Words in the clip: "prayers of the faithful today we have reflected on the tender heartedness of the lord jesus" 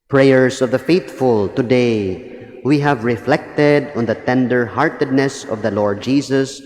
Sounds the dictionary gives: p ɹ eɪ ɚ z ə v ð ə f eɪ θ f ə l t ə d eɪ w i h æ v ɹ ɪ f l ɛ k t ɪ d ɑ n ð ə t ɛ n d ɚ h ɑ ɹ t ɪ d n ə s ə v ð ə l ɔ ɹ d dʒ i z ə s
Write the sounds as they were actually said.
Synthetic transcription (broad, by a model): p ɹ eɪ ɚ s ə v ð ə f eɪ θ f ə l t ə d eɪ w i h æ v ɹ ɪ f l ɛ k t ɪ d ɑ n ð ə t ɛ n d ɚ h ɑ ɹ t ɪ d n ə s ə v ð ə l ɔ ɹ d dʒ i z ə s